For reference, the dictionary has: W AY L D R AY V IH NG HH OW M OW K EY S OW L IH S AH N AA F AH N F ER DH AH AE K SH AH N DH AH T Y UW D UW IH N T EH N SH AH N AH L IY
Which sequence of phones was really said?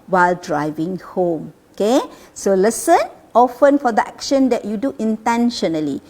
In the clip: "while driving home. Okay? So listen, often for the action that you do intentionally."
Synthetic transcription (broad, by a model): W AY L D R AY V IH NG HH OW M OW K EY S OW L IH S AH N AA F AH N F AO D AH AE K SH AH N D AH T Y UW D UW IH N T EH N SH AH N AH L IY